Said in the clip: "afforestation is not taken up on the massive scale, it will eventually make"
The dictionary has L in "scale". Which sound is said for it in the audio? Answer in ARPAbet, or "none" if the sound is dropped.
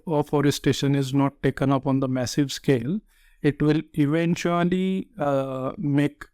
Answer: L